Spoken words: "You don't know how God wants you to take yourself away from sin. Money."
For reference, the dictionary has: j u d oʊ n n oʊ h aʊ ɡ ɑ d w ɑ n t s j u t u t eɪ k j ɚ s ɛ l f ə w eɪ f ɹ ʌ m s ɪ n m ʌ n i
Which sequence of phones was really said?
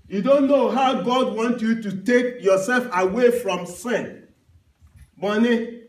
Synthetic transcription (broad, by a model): j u d oʊ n n oʊ h aʊ ɡ ɑ d w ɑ n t j u t u t eɪ k j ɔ s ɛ l f ə w eɪ f ɹ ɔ m s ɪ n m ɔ n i